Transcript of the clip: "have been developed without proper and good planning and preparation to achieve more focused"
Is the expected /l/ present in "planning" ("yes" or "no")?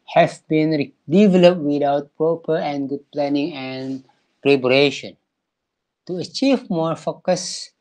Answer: yes